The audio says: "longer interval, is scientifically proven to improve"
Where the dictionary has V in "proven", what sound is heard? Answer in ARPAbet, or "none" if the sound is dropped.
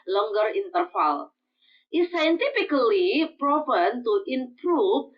P